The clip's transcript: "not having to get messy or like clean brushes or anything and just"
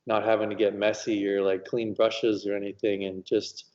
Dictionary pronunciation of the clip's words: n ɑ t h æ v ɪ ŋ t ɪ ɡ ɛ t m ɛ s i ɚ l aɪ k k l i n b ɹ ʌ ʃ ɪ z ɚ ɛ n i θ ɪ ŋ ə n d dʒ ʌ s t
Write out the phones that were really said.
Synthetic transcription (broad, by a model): n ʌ t h æ v ɪ ŋ t ɪ ɡ ɛ t m ɛ s i ɚ l aɪ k k l i n b ɹ ʌ ʃ ɪ z ɚ ɛ n i θ ɪ ŋ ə n dʒ ʌ s t